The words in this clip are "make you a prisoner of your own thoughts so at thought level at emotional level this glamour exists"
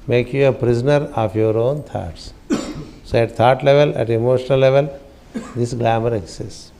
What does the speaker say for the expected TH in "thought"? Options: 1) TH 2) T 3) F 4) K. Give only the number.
2